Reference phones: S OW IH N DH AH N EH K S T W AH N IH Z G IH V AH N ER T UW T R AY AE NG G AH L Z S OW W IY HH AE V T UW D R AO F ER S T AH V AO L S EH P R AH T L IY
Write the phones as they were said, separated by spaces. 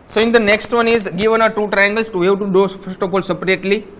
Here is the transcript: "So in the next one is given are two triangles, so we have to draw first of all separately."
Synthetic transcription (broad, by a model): S OW IH N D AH N EH K S T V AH N IH Z G IH V AH N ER T UW T R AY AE NG G AH L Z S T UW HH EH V T UW D AO F ER S T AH P AO L S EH P R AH T L IY